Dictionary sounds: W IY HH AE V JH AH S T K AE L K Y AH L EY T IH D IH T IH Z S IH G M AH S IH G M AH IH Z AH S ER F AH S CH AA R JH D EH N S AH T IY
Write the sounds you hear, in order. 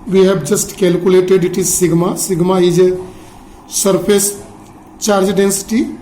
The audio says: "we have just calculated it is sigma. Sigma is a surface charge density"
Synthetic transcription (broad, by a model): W IY HH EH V JH AH S T K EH L K Y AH L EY T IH D IH T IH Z S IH G M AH S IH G M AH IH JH AH S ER P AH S CH AA R JH D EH N S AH T IY